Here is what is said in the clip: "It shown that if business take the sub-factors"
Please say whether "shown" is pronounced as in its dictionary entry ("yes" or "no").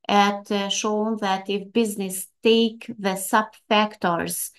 yes